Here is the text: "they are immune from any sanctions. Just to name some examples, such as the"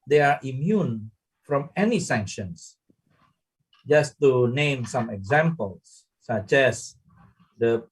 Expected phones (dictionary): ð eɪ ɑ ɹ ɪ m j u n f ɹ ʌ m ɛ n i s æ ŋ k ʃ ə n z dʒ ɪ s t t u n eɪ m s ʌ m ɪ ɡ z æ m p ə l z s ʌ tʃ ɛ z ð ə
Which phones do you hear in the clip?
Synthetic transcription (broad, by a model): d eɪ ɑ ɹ ɪ m j u n f ɹ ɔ m ɛ n i s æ ŋ k ʃ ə n s dʒ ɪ s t t u n eɪ m s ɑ m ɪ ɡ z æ m p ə l s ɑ tʃ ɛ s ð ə